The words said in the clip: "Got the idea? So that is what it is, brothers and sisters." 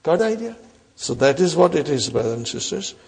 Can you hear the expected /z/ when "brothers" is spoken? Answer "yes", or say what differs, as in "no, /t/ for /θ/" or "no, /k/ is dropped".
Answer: no, /z/ is dropped